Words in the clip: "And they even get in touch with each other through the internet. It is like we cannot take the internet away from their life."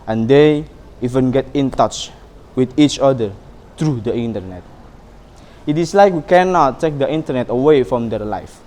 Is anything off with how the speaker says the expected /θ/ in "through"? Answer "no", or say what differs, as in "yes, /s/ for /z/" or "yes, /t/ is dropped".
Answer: yes, /t/ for /θ/